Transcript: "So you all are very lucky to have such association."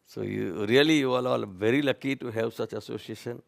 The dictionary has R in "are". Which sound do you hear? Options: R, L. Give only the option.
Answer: L